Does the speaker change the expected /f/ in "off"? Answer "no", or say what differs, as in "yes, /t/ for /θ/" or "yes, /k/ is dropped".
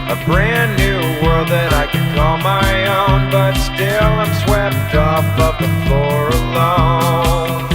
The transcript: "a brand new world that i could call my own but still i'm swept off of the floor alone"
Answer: yes, /p/ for /f/